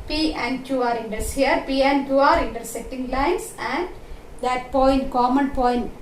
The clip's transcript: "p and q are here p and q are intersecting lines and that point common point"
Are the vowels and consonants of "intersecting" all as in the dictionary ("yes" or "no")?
no